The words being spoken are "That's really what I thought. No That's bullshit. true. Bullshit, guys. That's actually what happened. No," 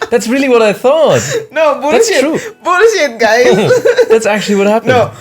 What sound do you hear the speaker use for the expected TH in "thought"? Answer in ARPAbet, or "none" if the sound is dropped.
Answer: TH